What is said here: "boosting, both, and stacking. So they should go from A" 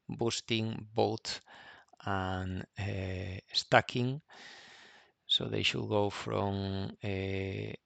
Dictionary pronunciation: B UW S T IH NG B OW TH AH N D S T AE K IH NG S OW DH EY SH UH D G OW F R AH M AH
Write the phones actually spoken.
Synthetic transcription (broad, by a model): B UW S T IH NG B OW T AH N S T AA K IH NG S OW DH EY SH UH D G OW F R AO M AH